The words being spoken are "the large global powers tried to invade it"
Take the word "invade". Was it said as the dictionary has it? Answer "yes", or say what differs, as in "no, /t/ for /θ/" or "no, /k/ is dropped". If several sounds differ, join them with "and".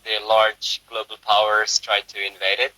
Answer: yes